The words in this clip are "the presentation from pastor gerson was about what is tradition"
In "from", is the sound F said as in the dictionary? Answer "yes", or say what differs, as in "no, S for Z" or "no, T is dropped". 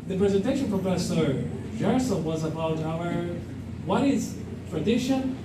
no, P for F